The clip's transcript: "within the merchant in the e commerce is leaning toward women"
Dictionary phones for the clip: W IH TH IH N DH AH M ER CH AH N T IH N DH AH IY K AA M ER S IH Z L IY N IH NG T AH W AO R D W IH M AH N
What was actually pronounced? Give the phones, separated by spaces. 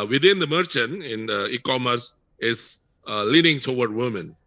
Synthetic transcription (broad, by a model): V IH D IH N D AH M ER CH AH N T IH N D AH IY K AA M ER S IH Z L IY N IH NG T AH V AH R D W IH M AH N